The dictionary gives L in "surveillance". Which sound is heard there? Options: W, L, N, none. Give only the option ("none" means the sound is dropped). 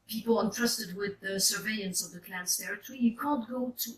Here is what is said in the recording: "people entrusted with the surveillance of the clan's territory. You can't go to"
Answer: none